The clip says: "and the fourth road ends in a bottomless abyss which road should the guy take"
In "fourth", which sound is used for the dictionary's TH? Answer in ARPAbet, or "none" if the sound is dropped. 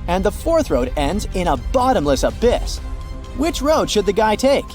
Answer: TH